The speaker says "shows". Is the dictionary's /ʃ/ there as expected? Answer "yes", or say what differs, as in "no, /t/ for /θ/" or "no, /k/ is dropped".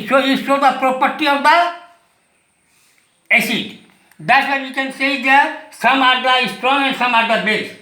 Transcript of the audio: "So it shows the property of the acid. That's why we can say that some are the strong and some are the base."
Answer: no, /s/ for /ʃ/